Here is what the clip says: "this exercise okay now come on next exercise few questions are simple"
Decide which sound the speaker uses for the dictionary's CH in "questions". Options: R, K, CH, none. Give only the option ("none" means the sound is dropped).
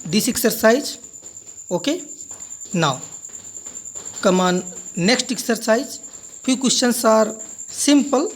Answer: none